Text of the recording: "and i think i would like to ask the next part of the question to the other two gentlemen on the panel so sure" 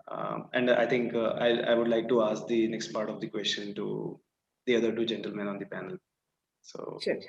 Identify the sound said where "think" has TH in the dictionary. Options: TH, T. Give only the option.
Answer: T